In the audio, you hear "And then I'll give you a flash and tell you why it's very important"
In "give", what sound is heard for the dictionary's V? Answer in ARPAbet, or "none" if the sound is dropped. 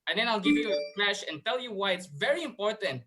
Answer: V